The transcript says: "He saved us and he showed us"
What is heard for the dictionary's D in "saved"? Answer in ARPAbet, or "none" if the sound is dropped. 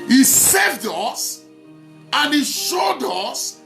D